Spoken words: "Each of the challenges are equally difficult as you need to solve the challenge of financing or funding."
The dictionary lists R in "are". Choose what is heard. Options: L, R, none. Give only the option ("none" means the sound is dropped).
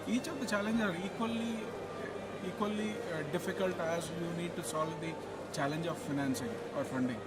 L